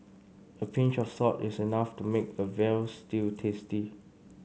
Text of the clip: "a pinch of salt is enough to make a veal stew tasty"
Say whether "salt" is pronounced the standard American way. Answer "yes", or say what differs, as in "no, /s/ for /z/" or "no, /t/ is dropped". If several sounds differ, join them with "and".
no, /l/ is dropped